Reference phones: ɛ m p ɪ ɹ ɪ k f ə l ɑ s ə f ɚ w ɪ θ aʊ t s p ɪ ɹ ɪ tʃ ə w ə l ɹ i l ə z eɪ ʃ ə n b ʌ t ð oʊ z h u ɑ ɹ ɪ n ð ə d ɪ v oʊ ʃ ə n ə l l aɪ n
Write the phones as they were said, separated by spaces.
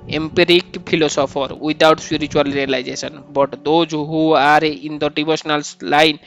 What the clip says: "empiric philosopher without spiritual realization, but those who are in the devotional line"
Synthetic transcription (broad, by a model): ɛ m p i ɹ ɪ k p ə l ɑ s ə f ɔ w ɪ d aʊ t s p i ɹ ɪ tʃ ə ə l ɹ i l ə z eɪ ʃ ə n b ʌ t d oʊ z h u ɑ ɹ ɪ n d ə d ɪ b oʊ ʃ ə n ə l l aɪ n